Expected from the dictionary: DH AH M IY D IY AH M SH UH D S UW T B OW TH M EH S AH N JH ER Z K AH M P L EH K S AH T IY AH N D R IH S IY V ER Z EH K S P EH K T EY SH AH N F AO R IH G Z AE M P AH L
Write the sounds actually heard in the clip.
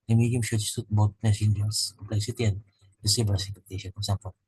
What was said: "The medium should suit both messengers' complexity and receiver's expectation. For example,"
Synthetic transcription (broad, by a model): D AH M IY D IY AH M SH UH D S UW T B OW T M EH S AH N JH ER S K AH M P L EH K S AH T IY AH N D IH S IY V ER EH S EH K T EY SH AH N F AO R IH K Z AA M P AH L